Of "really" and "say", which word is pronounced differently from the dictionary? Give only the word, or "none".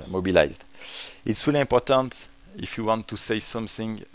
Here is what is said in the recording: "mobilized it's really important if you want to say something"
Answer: really